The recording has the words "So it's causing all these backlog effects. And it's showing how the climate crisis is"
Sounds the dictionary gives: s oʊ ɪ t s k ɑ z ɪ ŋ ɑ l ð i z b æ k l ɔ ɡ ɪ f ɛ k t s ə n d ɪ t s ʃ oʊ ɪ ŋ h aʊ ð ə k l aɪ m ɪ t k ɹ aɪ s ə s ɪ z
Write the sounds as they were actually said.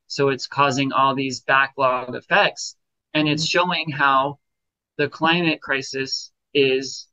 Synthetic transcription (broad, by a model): s oʊ ɪ t s k ɑ z ɪ ŋ ɑ l ð i z b æ k l ɔ ɡ ɪ f ɛ k t s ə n ɪ t s ʃ oʊ ɪ ŋ h aʊ ð ə k l aɪ m ɪ t k ɹ aɪ s ə s ɪ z